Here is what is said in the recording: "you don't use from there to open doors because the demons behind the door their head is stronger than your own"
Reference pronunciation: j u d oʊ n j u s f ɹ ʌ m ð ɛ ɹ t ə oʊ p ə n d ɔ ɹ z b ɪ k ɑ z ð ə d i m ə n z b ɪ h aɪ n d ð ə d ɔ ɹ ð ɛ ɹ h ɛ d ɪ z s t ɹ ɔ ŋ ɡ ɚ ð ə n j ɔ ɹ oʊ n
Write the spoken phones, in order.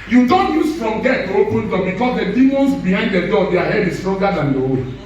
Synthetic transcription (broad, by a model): j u d oʊ n j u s f ɹ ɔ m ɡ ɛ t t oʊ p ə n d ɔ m b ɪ k ɑ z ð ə d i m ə n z b ɪ h aɪ n d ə d ɔ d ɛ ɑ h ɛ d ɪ s t ɹ ɔ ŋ ɡ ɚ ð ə n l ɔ w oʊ